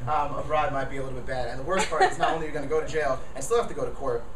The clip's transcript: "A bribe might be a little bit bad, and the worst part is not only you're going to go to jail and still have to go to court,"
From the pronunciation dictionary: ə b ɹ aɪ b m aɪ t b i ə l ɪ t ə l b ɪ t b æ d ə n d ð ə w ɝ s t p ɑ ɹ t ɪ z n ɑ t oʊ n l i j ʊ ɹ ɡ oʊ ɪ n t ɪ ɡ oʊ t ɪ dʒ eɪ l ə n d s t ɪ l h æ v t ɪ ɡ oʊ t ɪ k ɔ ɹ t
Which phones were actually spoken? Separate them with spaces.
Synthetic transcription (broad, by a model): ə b ɹ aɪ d m aɪ t b i ə l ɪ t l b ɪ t b æ d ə n ð ə w ɝ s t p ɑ ɹ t ɪ z n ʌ t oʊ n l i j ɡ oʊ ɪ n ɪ ɡ oʊ t ɪ dʒ eɪ l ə n s t ɪ l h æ f t ɪ ɡ oʊ t ɪ k ɔ ɹ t